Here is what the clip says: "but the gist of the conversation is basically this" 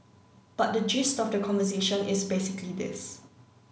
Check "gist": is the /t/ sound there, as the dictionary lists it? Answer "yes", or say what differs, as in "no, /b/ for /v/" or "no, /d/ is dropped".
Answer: yes